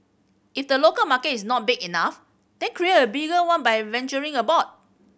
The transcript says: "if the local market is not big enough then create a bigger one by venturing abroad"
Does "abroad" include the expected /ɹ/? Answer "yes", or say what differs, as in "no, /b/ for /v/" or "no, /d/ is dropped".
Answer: no, /ɹ/ is dropped